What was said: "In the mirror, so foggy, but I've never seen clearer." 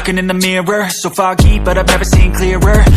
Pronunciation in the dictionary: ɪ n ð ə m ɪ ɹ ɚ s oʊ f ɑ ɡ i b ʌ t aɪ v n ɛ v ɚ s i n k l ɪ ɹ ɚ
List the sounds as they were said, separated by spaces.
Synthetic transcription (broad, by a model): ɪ n ð ə m ɪ ɹ ɚ s oʊ f ɑ ɡ i b ʌ t aɪ v n ɛ v ɚ s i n k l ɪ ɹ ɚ